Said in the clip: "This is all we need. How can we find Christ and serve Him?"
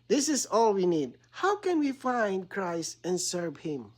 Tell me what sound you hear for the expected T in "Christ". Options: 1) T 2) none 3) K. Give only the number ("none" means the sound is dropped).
1